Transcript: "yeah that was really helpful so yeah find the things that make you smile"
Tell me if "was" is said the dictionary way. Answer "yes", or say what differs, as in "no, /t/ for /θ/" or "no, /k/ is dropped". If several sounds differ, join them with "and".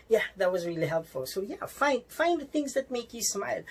yes